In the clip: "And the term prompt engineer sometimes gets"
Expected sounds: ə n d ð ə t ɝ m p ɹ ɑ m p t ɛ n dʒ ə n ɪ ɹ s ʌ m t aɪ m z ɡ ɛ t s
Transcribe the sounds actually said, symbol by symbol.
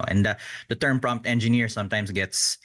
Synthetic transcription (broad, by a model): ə n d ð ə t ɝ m p ɹ ɑ m p t ɛ n dʒ ə n ɪ ɹ s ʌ m t aɪ m s ɡ ɛ t s